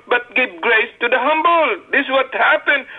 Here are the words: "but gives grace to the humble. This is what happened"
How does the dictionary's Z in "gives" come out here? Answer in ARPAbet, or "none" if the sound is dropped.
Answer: none